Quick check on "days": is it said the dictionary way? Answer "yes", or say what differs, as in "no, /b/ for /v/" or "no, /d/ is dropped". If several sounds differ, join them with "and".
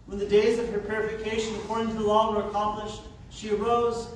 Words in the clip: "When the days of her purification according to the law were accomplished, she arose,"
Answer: yes